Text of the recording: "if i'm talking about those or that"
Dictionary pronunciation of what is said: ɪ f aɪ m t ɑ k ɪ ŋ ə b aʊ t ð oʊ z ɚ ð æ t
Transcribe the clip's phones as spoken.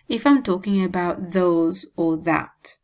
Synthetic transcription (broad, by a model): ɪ f aɪ m t ɑ k ɪ ŋ ə b aʊ t ð oʊ z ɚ ð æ t